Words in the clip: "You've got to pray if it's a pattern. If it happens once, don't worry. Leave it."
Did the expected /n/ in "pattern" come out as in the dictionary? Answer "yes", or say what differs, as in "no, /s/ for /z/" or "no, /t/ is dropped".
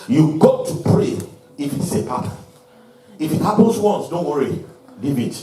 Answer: no, /n/ is dropped